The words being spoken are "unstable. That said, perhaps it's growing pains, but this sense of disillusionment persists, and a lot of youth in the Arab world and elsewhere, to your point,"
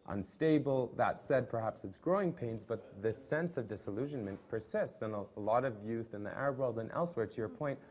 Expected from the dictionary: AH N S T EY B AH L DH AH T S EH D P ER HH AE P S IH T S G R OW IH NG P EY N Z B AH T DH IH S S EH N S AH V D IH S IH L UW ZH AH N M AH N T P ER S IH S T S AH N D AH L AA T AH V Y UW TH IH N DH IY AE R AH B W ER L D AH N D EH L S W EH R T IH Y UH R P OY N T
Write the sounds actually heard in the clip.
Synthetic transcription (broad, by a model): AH N S T EY B L DH AH T S EH D P ER HH AE P S IH T S G R OW IH NG P EY N Z B AH T DH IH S S EH N S AH V D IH S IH L UW ZH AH N M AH N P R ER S IH S T S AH N AH L AA T AH V Y UW TH IH N DH IY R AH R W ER L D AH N EH L S W EH R T IH Y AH R P OY N T